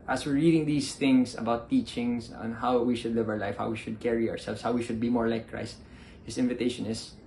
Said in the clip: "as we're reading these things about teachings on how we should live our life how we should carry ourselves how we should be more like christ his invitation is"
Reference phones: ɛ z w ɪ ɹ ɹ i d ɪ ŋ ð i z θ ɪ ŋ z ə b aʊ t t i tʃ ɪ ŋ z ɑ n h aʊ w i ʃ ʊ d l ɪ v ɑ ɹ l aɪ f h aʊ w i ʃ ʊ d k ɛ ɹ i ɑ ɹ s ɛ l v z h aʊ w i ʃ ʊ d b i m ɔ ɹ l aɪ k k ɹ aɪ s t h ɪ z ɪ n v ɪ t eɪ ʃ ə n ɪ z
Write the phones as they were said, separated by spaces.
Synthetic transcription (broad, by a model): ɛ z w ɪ ɹ ɹ i d ɪ ŋ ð i s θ ɪ ŋ s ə b aʊ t t i tʃ ɪ ŋ s ɑ n h aʊ w i ʃ ʊ d l ɪ v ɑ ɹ l aɪ f h aʊ w i ʃ ʊ d k ɛ ɹ i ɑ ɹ s ɛ l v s h aʊ w i ʃ ʊ d b i m ɔ ɹ l aɪ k k ɹ aɪ s t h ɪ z ɪ n v ɪ t eɪ ʃ ə n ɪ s